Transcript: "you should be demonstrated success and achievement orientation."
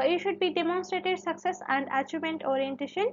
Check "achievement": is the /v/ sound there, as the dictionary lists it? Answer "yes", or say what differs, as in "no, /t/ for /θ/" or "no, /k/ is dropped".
no, /v/ is dropped